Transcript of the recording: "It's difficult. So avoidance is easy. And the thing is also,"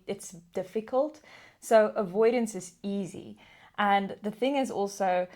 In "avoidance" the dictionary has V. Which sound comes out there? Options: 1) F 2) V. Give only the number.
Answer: 2